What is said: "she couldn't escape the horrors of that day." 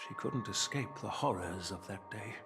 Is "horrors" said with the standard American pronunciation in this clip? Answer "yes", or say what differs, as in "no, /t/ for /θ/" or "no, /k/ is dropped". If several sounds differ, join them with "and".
yes